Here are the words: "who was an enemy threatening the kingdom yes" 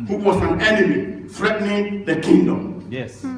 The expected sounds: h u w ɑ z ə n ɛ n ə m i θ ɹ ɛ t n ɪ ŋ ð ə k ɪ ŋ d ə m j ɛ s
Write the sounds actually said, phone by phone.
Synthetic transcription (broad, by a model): h u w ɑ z ə n ɛ n ə m i f ɹ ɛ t n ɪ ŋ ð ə k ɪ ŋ d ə m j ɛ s